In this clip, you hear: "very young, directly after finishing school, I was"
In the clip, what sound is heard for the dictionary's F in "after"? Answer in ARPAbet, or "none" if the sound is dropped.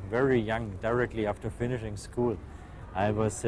F